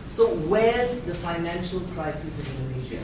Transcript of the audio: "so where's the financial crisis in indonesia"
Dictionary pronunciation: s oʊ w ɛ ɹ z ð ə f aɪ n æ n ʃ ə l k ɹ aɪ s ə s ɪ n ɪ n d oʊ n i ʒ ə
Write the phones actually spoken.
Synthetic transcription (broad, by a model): s oʊ w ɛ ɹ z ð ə f aɪ n æ n ʃ ə l k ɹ aɪ s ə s ɪ n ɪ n d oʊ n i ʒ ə